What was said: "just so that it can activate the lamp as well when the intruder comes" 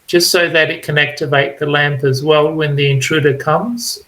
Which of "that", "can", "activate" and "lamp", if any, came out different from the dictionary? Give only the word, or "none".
none